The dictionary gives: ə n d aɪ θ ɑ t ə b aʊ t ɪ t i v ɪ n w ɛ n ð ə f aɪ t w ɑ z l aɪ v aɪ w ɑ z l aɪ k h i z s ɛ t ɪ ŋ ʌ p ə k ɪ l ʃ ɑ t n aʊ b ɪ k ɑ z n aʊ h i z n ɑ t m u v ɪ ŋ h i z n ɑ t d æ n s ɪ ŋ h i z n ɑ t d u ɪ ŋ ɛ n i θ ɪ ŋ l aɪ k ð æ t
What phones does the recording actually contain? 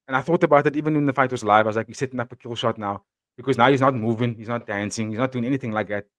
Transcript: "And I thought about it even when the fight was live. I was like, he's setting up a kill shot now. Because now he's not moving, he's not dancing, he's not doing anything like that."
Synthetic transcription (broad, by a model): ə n aɪ θ ɑ t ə b aʊ t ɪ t i v ɪ n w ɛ n ð ə f aɪ t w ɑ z l aɪ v aɪ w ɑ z l aɪ k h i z s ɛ t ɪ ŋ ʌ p ə k ɪ l ʃ ɑ t n aʊ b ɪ k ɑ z n aʊ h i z n ɑ t m u v ɪ ŋ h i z n ɑ t d æ n s ɪ ŋ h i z n ɑ t d u ɪ ŋ ɛ n i θ ɪ ŋ l aɪ k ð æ t